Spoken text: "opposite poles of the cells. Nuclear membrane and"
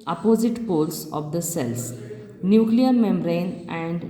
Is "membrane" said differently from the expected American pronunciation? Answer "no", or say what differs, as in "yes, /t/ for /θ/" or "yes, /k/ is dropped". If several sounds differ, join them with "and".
yes, /b/ is dropped